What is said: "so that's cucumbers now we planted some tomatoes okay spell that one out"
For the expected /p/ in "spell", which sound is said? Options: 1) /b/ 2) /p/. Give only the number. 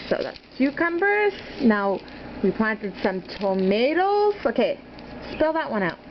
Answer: 2